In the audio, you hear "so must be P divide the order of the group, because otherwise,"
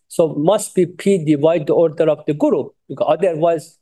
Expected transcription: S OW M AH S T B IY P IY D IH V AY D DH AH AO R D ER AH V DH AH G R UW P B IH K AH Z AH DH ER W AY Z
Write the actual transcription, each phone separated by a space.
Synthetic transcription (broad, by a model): S OW M AH S T B IY P IY D IH V AY D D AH AO R D ER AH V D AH G UW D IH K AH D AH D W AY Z